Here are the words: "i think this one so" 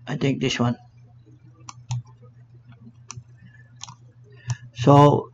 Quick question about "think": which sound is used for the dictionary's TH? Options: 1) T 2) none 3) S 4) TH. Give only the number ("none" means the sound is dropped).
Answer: 1